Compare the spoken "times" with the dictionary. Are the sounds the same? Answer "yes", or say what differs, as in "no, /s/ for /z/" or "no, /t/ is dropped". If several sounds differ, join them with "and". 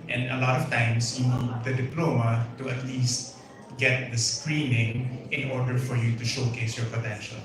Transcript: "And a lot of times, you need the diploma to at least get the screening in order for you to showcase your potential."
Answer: no, /s/ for /z/